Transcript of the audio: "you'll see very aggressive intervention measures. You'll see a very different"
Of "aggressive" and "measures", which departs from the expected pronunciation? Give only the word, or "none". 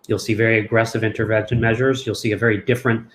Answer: none